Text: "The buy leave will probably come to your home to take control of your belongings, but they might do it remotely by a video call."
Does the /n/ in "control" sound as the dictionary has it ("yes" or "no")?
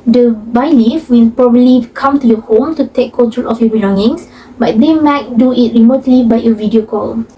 no